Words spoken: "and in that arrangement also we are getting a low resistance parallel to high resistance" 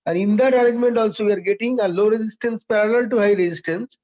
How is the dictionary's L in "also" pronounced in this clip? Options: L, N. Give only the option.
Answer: L